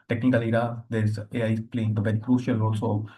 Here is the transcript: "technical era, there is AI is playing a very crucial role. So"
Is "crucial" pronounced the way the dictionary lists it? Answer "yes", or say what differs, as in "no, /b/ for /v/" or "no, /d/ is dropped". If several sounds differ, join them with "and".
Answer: yes